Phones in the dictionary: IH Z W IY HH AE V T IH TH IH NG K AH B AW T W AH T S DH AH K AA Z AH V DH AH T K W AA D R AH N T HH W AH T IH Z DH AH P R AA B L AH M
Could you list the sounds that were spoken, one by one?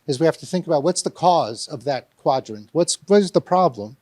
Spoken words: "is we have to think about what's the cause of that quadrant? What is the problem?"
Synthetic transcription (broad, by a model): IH Z W IY HH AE F T IH TH IH NG K AH B AW T W AH T S DH AH K AA Z AH V DH AH T K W AA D R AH N T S W AH T IH Z DH AH P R AA B L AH M